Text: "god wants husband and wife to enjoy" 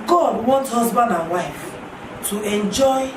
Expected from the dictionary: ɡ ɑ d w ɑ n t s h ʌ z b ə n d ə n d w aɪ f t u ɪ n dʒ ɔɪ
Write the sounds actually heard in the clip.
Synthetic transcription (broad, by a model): ɡ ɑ d w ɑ n t h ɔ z b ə n d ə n w aɪ f t u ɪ n dʒ ɔɪ